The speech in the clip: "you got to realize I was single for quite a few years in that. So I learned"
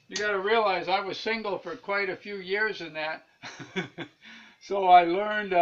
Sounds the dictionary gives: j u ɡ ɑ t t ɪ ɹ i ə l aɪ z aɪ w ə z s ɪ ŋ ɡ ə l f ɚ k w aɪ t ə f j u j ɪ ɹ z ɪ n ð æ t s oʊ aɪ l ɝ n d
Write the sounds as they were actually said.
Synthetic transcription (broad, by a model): j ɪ ɡ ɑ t t ɪ ɹ i ə l aɪ z aɪ w ə z s ɪ ŋ ɡ l f ɚ k w aɪ t ə f j u j ɪ ɹ z ɪ n ð æ t s oʊ aɪ l ɝ n d